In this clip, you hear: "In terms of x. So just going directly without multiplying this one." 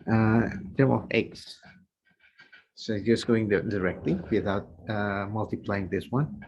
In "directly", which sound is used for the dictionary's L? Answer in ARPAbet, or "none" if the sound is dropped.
L